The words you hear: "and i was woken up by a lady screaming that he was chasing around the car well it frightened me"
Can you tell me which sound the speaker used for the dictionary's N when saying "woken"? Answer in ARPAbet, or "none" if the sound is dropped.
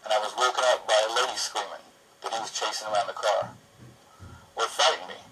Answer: none